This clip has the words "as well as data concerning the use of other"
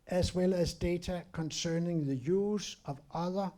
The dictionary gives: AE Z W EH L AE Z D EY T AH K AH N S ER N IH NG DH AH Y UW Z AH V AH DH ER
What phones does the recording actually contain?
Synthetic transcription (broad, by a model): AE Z W EH L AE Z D EY S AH K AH N S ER N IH NG DH AH Y UW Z AH V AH DH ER